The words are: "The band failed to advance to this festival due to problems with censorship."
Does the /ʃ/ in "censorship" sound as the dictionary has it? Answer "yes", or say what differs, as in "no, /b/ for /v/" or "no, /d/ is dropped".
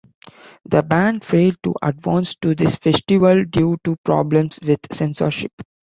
yes